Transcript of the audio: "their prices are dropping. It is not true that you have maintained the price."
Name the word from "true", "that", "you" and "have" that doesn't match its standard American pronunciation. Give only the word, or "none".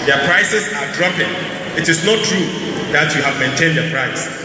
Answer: none